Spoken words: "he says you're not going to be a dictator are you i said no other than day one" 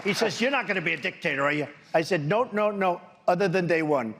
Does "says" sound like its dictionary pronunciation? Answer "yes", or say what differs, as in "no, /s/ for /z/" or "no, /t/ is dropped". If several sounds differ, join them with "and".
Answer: yes